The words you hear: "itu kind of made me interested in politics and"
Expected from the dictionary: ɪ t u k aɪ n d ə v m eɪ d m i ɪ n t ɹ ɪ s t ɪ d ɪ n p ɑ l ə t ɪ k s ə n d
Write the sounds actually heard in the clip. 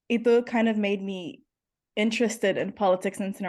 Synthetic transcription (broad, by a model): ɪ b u k aɪ n d ə v m eɪ d m i ɪ n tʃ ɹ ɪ s t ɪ d ɪ n p ɑ l ə t ɪ k s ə n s